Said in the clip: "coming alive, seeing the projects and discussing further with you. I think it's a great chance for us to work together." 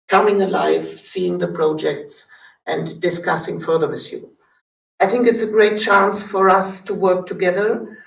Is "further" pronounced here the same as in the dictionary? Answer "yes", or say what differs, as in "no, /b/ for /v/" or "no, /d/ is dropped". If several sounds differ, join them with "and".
yes